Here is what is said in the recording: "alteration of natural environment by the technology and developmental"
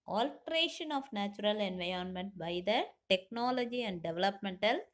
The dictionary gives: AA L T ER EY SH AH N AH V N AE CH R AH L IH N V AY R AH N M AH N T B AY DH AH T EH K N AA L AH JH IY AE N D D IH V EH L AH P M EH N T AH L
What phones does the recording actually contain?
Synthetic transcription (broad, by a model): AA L T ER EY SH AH N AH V N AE CH R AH L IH N V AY AH N M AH N T B AY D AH T EH K N AA L AH JH IY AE N D D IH V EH L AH P M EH N T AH L